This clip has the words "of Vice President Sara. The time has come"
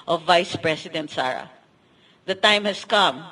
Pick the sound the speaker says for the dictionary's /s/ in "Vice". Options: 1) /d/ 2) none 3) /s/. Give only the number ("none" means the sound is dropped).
3